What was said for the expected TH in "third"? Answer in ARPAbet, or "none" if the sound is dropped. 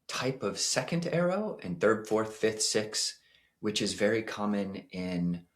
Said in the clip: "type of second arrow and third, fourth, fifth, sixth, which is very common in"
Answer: TH